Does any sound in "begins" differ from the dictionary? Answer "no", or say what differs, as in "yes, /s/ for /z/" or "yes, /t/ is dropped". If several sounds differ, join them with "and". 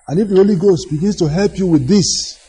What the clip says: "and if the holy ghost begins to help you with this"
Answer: yes, /s/ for /z/